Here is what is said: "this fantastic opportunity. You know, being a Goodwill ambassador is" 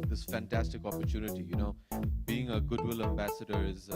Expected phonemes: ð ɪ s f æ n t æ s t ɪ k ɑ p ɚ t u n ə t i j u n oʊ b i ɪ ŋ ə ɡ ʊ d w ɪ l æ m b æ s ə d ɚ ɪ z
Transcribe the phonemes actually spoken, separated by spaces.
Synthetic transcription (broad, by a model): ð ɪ s f æ n t æ s t ɪ k ɑ p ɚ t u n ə t i j u n oʊ b i ɪ ŋ ə ɡ ʊ d w ɪ l æ m b æ s ə d ɚ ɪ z